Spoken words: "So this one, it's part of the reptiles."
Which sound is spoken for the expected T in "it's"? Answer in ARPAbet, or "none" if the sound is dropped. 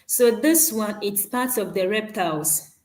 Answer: T